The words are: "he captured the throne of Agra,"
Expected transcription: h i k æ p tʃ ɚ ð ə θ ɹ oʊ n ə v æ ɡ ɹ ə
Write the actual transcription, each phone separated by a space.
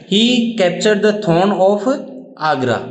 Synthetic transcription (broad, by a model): h i k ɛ p tʃ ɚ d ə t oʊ n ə p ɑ ɡ ɹ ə